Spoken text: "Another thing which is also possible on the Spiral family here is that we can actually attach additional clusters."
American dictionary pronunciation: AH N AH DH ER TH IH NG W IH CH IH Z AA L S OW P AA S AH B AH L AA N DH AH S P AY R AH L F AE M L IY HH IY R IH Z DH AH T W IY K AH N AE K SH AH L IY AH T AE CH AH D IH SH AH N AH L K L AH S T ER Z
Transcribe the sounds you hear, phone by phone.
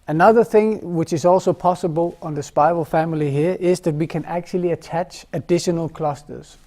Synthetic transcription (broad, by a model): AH N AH DH ER TH IH NG W IH CH IH Z AA L S OW P AA S AH B AH L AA N DH AH S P AY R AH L F AE M L IY HH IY R IH Z DH AH T W IY K AH N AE K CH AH L IY AH T AE CH AH D IH SH AH N AH L K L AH S T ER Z